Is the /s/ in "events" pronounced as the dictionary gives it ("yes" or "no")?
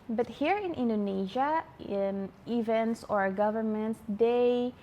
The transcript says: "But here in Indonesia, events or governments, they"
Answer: yes